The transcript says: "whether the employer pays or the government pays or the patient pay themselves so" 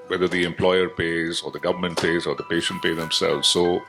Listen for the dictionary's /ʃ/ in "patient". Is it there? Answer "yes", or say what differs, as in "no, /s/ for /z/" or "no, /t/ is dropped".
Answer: yes